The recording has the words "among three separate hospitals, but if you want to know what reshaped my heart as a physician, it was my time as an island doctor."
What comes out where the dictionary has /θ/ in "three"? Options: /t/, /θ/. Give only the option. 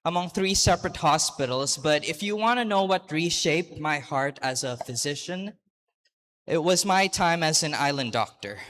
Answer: /θ/